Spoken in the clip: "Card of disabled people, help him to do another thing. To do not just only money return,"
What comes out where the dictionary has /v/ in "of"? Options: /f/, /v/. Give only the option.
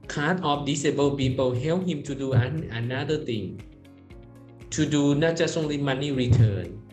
/f/